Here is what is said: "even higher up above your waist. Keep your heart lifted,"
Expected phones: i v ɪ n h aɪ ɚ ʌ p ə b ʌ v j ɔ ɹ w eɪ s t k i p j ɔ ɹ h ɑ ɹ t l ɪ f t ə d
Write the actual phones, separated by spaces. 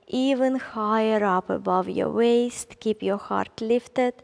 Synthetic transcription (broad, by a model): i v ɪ n h aɪ ɚ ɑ p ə b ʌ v j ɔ w eɪ s t k i p j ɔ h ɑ ɹ t l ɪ f t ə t